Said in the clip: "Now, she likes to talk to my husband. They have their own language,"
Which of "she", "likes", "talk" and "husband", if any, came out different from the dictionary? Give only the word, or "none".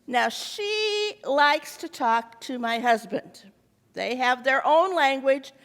none